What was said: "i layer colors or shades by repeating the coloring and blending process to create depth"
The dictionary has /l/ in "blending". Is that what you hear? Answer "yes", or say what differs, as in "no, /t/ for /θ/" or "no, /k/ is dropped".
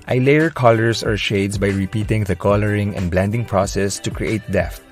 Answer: yes